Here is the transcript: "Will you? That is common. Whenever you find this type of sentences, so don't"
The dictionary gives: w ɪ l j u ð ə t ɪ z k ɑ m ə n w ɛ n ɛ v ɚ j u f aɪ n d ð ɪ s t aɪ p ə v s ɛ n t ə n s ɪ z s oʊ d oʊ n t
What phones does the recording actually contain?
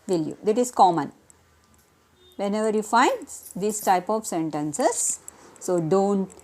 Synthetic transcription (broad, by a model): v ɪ l j u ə t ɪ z k ɑ m ə n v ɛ n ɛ v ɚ j u f aɪ n d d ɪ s t aɪ p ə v s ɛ n t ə n s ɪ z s oʊ d oʊ n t